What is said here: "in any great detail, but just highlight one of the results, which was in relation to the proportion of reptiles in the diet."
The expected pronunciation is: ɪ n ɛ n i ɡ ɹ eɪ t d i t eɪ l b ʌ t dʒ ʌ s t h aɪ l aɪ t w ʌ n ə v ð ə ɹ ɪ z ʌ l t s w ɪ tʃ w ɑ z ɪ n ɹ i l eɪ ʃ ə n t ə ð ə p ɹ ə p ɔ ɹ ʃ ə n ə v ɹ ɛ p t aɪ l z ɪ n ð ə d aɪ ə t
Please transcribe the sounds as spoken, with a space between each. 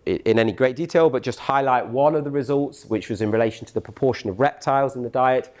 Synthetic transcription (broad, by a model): ɪ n ɛ n i ɡ ɹ eɪ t d i t eɪ l b ʌ t dʒ ʌ s t h aɪ l aɪ t w ʌ n ə v ð ə ɹ ɪ z ʌ l t s w ɪ tʃ w ɑ z ɪ n ɹ i l eɪ ʃ ə n t ə ð ə p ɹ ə p ɔ ʃ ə n ə v ɹ ɛ p t aɪ l z ɪ n ð ə d aɪ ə t